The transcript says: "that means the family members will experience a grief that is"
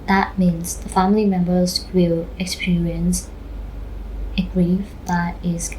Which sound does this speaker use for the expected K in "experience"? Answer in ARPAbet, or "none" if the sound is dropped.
K